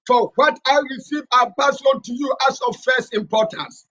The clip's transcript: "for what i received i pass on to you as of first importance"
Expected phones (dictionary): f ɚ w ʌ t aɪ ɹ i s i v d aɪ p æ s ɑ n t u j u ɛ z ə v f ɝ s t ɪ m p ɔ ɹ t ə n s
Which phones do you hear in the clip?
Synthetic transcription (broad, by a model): f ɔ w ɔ t aɪ ɹ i s i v aɪ p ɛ s ɑ n t u j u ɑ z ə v f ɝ s t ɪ m p ɔ t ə n s